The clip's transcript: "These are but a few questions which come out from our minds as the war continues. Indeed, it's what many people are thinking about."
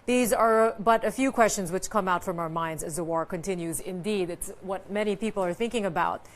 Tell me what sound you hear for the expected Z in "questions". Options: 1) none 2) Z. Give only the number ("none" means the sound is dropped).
2